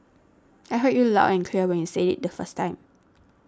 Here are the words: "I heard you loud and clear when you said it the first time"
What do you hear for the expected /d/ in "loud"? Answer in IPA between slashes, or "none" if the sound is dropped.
none